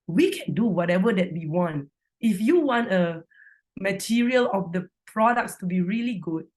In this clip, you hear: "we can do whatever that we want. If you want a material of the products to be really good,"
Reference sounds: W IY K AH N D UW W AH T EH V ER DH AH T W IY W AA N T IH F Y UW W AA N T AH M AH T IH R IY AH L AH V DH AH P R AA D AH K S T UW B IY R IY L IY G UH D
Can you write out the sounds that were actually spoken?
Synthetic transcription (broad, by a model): W IY K AH N D UW W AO T EH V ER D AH T W IY W AA N T IH F Y UW W AA N T AH M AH T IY R IY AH L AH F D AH P R AA D AH K S T UW B IY R IY L IY G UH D